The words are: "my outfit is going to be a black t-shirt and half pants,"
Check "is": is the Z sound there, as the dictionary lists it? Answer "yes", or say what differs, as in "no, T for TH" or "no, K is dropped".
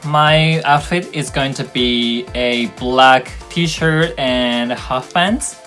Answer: yes